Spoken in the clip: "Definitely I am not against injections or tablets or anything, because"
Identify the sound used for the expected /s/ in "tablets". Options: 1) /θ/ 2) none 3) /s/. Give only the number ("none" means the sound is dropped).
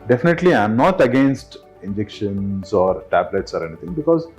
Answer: 3